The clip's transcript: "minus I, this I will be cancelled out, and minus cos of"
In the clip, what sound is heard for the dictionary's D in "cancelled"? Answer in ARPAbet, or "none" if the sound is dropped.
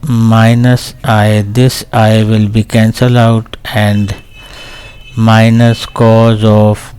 none